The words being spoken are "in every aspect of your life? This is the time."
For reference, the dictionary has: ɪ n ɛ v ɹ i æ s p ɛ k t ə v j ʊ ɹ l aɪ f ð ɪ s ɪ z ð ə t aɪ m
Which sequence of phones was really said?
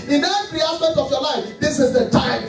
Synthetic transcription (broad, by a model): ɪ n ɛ ɹ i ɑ s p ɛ k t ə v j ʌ l aɪ f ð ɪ s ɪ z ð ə t aɪ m